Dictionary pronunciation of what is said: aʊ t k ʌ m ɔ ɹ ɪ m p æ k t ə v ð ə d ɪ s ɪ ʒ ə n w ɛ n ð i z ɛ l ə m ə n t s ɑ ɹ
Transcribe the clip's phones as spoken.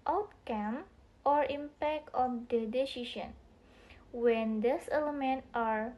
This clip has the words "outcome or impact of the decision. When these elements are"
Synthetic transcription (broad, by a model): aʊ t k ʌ m ɔ ɹ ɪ m p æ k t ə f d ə d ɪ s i s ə n w ɛ n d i s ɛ l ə m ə n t ɑ ɹ